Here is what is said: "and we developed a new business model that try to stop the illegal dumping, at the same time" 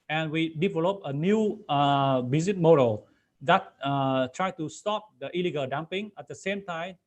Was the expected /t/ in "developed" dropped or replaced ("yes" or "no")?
yes